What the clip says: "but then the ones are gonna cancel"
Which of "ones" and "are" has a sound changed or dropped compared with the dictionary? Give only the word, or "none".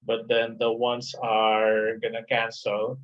ones